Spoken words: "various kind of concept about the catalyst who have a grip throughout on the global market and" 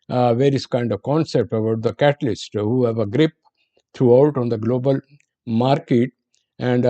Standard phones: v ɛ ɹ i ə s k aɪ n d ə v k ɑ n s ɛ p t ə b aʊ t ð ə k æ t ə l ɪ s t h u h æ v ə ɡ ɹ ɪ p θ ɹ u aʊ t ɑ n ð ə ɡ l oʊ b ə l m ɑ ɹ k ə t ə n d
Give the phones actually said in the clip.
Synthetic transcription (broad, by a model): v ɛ ɹ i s k aɪ n d ə v k ɑ n s ɛ p t ə b aʊ t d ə k æ t ə l ɪ s t h u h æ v ə ɡ ɹ ɪ p t ɹ u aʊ t ɑ n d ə ɡ l oʊ b ə l m ɑ ɹ k ə t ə n d